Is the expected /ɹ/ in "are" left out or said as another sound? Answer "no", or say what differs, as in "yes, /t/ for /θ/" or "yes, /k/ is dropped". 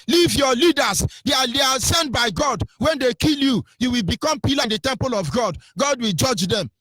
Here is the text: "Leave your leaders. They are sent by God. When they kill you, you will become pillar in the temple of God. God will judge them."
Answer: yes, /l/ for /ɹ/